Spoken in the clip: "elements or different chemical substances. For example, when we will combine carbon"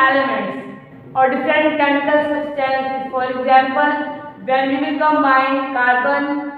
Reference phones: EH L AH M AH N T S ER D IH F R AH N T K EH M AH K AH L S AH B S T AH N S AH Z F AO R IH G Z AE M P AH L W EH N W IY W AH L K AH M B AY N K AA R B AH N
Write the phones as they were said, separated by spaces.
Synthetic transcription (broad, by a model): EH L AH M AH N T S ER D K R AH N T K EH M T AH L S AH S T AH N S F AO R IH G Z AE M P AH L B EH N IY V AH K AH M AY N K AA R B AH N